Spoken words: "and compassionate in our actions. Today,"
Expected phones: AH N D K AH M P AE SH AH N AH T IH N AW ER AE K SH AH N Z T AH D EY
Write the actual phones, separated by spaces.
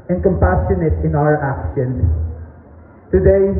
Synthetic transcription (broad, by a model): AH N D K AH M P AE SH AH N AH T IH N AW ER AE K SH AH N T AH D EY